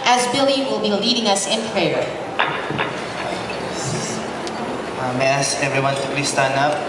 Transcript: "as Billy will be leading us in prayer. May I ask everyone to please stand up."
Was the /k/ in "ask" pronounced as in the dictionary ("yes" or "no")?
no